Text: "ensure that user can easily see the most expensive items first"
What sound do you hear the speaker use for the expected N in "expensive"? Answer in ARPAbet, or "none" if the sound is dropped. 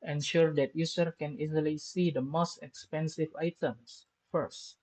N